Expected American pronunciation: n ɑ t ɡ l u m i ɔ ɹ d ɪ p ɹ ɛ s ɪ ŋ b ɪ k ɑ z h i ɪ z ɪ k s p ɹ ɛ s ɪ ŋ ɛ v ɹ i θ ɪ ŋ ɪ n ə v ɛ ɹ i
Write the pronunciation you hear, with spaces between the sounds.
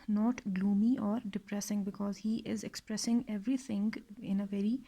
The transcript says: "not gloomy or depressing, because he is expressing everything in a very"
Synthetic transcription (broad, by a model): n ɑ t ɡ l u m i ɔ ɹ d ɪ p ɹ ɛ s ɪ ŋ b ɪ k ɑ z h i ɪ z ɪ k s p ɹ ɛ s ɪ ŋ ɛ v ɹ i t ɪ ŋ ɪ n ə v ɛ ɹ i